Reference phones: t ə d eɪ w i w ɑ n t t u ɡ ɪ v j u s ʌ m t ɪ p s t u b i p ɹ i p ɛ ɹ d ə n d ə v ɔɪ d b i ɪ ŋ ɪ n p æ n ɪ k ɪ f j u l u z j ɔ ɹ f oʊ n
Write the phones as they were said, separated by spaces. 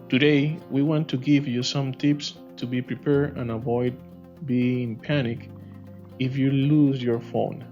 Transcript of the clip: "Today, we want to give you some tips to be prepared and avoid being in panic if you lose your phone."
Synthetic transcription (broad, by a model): t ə d eɪ w i w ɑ n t t u ɡ ɪ v j u s ʌ m t ɪ p s t u b i p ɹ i p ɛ ɹ ə n ə v ɔɪ d b i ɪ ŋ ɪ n p æ n ɪ k ɪ f j u l u z j ɔ ɹ f oʊ n